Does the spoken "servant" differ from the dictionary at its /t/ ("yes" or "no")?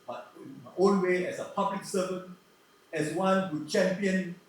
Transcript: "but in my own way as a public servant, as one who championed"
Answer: yes